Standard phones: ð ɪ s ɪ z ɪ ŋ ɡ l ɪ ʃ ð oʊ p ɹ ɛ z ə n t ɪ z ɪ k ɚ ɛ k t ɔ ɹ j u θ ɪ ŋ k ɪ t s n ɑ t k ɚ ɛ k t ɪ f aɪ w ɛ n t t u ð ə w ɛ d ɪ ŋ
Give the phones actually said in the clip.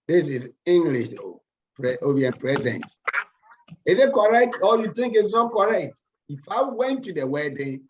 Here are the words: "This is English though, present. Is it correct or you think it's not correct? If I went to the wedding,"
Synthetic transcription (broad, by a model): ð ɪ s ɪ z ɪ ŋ ɡ l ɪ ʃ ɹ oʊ p ɹ ɛ z ə n t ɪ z ɪ k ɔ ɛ k t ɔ l j u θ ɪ ŋ k ɪ t s n ɑ t k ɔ ɛ k t ɪ f aɪ w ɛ n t t u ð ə w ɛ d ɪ